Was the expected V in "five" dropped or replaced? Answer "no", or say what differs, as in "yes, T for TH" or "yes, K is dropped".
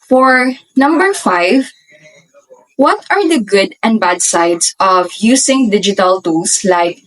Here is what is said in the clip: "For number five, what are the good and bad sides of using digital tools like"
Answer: no